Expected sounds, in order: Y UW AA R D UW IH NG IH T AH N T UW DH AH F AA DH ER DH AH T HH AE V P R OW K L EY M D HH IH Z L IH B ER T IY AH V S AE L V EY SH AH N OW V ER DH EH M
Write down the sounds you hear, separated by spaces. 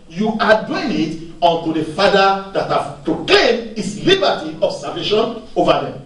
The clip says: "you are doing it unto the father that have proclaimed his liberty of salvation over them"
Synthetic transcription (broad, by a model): Y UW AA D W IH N IH T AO N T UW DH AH F AA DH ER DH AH T HH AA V P R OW K L EY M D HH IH S L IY B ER T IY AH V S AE V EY SH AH N OW V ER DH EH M